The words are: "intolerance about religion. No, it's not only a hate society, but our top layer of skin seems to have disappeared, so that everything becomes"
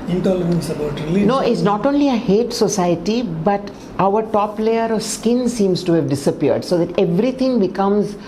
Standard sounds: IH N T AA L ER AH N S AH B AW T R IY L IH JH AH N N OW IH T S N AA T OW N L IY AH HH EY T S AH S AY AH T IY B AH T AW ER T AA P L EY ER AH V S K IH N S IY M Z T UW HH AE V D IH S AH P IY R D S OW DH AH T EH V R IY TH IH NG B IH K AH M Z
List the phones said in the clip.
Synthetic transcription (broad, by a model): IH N T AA L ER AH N S AH B AW T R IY L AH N N OW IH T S N AA T OW N L IY AH HH EY T S AH S AY AH T IY B AH T AW ER T AA P L EY ER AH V S K IH N S IY M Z T UW HH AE V D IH S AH P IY R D S OW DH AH T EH V R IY T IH NG B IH K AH M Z